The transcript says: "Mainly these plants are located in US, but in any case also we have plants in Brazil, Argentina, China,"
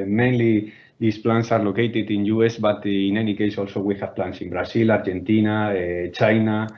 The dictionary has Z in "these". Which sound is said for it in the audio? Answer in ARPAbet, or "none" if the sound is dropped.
S